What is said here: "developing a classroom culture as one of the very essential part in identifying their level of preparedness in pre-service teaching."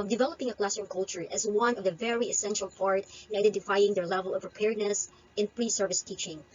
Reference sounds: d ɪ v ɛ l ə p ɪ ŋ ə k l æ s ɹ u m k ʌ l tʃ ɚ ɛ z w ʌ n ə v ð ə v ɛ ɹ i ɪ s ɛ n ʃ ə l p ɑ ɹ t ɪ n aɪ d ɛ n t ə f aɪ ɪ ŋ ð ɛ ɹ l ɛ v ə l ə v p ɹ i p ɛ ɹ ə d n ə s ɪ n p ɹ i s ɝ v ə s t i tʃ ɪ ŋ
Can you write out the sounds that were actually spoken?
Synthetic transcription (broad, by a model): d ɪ v ɛ l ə p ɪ ŋ ə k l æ s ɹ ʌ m k ʌ l tʃ ɚ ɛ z w ʌ n ə v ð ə v ɛ ɹ i ɪ s ɛ n ʃ ə l p ɑ ɹ t ɪ n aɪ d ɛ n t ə f aɪ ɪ ŋ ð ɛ ɹ l ɛ v ə l ə v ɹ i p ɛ ɹ d n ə s ɪ n p ɹ i s ɝ v ə s t i tʃ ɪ ŋ